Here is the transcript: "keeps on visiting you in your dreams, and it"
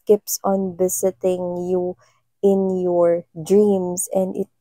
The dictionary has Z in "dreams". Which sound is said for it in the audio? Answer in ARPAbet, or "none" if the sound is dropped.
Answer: S